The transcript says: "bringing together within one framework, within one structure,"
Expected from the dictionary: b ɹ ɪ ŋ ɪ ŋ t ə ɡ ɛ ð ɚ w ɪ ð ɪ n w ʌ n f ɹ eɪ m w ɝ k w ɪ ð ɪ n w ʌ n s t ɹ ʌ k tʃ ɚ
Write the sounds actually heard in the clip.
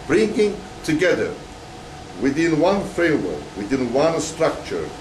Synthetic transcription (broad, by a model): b ɹ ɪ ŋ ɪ ŋ t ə ɡ ɛ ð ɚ w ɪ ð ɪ n w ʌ n f eɪ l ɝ w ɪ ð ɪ n w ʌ n s t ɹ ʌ k tʃ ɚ